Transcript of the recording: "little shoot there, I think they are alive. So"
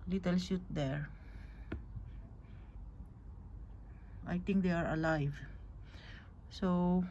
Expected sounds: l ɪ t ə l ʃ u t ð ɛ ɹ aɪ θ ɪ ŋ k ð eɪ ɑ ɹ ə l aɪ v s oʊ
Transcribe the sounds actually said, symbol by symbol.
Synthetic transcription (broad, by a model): l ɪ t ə l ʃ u t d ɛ ɹ aɪ t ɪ ŋ k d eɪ ɑ ɹ ə l aɪ v s oʊ